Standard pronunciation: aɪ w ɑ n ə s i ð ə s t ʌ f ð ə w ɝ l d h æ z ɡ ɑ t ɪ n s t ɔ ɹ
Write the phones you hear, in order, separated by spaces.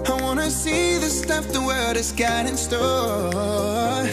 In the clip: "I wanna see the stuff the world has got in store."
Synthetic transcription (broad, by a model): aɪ w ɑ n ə s i ð ə s t ʌ f ð ə w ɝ d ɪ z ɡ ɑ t ɪ n s t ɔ